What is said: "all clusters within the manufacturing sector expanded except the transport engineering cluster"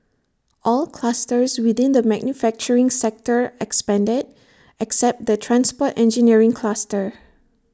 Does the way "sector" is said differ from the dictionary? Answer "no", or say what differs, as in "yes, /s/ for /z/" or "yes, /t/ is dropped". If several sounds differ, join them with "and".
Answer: no